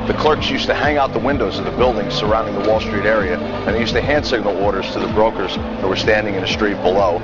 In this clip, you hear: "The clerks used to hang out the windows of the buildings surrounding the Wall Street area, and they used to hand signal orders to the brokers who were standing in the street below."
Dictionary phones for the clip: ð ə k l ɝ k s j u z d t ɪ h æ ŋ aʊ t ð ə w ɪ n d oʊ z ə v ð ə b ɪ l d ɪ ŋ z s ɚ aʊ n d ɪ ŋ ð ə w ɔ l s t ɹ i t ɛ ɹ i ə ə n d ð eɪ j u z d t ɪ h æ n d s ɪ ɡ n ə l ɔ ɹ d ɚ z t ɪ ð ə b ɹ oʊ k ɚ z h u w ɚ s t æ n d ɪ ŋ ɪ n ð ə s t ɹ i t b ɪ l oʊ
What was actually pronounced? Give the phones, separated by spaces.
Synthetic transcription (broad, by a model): ð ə k l ɝ k s j u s t ɪ h æ ŋ aʊ t ð ə w ɪ n d oʊ z ə v ð ə b ɪ l d ɪ ŋ z s ɚ aʊ n d ɪ ŋ ð ə w ɔ l s t ɹ i t ɛ ɹ i ə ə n ð eɪ j u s t ɪ h æ n d s ɪ ɡ n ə l ɔ ɹ d ɚ z t ɪ ð ə b ɹ oʊ k ɚ z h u w ɚ s t æ n d ɪ ŋ ɪ n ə s t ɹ i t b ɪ l oʊ